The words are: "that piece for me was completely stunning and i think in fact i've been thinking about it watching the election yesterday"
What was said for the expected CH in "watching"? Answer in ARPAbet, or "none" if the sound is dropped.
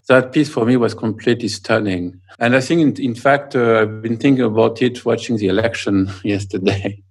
CH